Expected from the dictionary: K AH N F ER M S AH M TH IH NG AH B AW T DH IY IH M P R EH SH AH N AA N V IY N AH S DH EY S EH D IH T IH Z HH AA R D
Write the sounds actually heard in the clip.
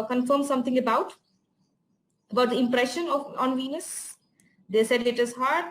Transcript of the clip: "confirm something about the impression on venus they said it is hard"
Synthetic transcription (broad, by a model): K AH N F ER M S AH M T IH NG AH B AW T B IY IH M P R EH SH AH N AA N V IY N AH S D EY S EH D IH T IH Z HH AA R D